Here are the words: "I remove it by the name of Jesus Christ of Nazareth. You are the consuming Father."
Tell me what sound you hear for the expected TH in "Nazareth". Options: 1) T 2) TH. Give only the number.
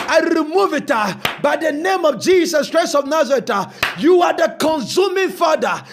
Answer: 1